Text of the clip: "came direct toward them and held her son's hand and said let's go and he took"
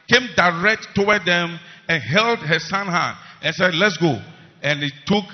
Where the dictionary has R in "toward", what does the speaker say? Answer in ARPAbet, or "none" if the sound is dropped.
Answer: W